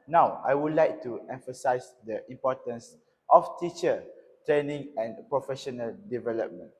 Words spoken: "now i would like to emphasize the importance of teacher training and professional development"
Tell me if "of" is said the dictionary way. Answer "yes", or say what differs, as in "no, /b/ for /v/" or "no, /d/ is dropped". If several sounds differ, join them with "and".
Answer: no, /f/ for /v/